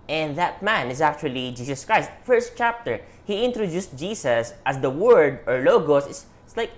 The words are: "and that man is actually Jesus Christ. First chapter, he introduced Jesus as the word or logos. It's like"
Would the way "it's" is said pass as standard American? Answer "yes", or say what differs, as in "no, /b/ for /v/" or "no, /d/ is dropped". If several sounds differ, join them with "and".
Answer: no, /s/ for /t/